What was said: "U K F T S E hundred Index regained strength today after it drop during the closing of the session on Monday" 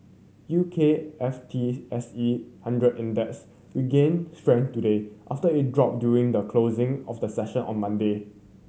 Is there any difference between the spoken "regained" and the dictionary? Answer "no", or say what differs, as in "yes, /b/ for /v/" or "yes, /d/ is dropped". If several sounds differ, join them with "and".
yes, /w/ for /ɹ/